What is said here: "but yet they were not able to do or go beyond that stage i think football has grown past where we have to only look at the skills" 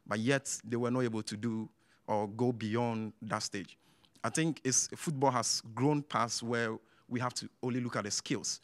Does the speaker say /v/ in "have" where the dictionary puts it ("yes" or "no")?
no